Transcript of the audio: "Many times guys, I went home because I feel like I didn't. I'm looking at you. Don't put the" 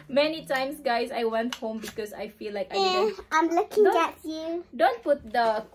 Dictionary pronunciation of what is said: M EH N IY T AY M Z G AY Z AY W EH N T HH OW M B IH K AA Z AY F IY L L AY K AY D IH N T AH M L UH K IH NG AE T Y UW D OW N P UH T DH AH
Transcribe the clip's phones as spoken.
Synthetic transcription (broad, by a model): M EH N IY T AY M S G AY S AY W EH N T HH OW M B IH K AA S AY F IY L L AY K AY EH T AH M L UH K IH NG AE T Y UW D OW N P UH T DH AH